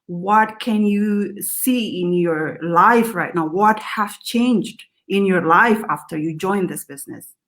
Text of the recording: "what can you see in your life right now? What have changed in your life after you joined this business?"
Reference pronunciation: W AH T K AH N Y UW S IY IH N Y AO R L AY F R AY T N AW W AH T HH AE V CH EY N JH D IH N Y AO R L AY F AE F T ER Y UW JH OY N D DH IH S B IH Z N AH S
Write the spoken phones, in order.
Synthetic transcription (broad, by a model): W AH T K AH N Y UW S IY IH N Y AO R L AY F R AY T N AW W AH T HH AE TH CH EY N JH D IH N Y AO R L AY F AE F T ER Y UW JH OY N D DH IH S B IH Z N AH S